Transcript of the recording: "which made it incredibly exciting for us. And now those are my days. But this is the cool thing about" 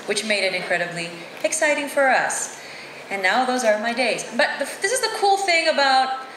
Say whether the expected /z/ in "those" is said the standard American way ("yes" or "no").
yes